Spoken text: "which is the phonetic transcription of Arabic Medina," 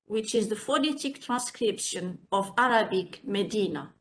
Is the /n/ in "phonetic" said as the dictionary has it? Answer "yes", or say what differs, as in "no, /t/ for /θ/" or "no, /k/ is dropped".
no, /l/ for /n/